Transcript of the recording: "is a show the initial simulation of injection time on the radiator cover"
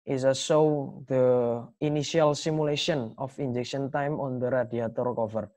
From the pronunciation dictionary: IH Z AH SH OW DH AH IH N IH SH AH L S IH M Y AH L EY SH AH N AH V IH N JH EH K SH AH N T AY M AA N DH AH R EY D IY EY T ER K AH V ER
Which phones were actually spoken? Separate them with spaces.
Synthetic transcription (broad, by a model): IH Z AH S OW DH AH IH N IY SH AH L S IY M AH L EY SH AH N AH F IH N JH EH K SH AH N T AY M AA N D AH R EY D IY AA T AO K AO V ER